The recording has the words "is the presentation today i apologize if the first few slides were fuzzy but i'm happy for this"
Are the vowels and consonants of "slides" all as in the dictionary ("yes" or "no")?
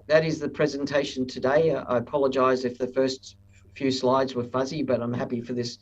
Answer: yes